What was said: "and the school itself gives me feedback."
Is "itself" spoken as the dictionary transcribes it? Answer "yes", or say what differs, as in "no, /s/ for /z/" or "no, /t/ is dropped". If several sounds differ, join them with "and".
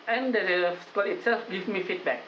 yes